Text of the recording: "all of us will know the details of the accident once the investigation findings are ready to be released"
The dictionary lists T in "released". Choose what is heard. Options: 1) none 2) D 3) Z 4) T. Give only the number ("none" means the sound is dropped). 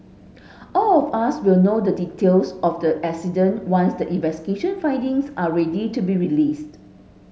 4